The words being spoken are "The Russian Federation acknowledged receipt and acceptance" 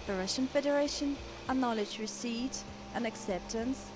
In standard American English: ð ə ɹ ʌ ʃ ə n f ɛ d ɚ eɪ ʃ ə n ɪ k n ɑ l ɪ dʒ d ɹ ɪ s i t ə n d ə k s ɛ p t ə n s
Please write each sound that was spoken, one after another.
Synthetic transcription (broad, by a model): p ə ɹ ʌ ʃ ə n f ɛ d ɚ eɪ ʃ ə n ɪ n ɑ l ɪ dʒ ɹ ɪ s i t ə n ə k s ɛ p t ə n s